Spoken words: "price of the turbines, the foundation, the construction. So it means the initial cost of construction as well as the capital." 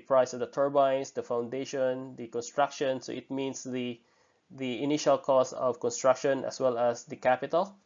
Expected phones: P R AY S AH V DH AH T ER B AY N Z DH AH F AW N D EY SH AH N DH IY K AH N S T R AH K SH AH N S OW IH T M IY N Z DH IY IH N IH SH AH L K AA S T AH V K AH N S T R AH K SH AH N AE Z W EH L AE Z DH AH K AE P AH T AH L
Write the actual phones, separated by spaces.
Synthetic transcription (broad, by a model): P R AY S AH V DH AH T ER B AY N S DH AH F AW N D EY SH AH N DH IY K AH N S T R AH K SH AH N S OW IH T M IY N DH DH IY IH N IH SH AH L K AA S AH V K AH N S T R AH K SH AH N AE S W EH L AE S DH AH K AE P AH T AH L